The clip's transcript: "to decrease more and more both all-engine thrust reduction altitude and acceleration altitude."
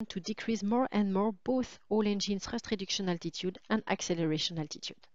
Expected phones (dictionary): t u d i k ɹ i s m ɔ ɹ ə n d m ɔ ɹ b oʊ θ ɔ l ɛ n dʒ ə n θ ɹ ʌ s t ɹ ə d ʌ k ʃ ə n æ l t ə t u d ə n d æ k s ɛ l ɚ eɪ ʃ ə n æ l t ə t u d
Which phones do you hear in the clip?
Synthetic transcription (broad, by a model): t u d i k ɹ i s m ɔ ɹ ə n d m ɔ ɹ b oʊ θ ɔ l ɛ n dʒ ə n s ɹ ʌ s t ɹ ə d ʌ k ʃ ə n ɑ l t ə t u d ə n d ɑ k s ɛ l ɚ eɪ ʃ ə n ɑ l t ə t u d